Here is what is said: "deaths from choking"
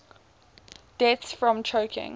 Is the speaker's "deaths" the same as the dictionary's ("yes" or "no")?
no